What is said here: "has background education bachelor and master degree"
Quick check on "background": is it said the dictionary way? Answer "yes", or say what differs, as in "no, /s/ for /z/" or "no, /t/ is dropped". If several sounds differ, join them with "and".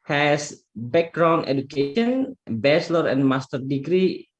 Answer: no, /d/ is dropped